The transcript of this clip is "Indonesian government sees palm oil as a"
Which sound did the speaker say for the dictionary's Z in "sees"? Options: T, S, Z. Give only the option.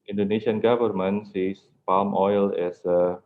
S